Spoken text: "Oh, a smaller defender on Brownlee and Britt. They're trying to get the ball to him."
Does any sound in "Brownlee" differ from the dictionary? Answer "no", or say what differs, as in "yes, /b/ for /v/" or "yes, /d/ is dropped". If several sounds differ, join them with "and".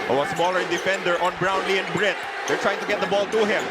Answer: no